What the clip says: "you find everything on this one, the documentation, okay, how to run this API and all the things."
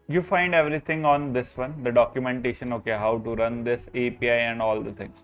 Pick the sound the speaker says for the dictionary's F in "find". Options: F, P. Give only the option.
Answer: F